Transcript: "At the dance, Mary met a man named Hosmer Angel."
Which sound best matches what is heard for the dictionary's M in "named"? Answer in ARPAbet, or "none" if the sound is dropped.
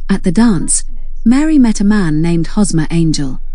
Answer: M